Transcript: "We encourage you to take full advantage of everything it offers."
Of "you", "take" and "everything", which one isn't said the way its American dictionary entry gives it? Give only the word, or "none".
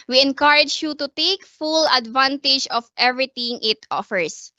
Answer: everything